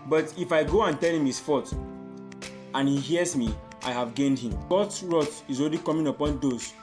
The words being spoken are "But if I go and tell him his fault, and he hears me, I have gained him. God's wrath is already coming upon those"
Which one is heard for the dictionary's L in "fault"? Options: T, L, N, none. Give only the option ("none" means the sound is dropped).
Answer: none